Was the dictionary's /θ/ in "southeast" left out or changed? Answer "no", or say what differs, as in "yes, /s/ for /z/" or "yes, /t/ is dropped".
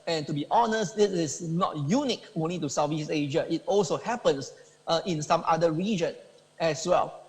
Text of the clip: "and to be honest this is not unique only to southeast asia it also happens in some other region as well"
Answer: yes, /f/ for /θ/